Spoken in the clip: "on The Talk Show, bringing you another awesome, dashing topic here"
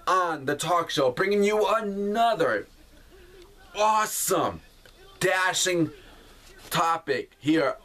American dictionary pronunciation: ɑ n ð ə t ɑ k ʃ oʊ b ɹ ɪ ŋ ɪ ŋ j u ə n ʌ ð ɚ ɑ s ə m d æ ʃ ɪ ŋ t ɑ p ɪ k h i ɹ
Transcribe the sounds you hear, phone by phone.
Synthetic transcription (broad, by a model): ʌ n ð ə t ɑ k ʃ oʊ b ɹ ɪ ŋ ɪ ŋ j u ə n ʌ ð ɚ ɑ s ə m d æ ʃ ɪ ŋ t ɑ p ɪ k h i ɹ